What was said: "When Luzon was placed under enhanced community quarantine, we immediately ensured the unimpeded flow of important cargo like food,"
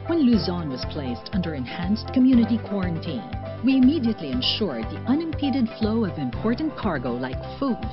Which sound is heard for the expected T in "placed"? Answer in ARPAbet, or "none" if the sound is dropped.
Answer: T